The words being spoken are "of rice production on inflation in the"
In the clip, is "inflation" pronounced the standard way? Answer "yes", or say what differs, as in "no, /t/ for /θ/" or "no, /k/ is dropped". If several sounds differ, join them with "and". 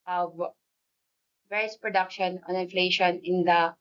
yes